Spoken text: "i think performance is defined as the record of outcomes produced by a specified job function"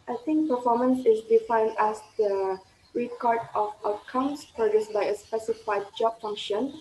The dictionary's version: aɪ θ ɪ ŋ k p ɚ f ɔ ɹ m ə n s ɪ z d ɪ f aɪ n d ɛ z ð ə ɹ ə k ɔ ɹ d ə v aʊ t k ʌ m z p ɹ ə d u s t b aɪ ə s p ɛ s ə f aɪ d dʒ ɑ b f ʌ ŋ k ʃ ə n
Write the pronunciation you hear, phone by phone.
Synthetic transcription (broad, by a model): aɪ t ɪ ŋ k p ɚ f ɔ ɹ m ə n s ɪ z d ɪ f aɪ n d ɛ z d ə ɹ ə k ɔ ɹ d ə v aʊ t k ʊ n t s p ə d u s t b aɪ ə s p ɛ s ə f aɪ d dʒ ɑ b f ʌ ŋ k ʃ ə n